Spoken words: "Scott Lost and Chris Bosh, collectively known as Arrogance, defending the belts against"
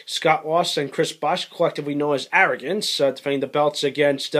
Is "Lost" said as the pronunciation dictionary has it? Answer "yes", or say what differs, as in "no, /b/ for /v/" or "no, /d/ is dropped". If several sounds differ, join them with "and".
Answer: no, /t/ is dropped